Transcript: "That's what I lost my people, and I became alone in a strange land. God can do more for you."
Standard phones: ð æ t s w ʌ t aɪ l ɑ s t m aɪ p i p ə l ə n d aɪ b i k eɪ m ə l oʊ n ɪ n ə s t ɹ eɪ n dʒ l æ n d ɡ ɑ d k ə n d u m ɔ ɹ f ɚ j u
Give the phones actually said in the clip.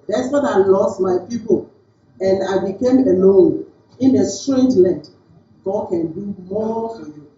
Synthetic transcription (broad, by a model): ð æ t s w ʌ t aɪ l ɑ s t m aɪ p i p ə l ə n d aɪ b i k eɪ m ə l oʊ n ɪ n ə s t ɹ eɪ n dʒ l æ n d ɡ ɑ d k ə n d u m ɔ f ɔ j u